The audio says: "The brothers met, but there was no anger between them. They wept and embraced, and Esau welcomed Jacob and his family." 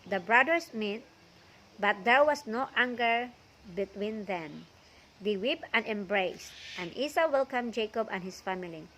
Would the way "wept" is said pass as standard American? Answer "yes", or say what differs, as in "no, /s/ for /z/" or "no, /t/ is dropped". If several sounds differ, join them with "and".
no, /t/ is dropped